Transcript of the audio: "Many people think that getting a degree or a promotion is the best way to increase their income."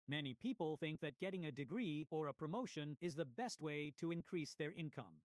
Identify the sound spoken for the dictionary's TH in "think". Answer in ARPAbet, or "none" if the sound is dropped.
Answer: TH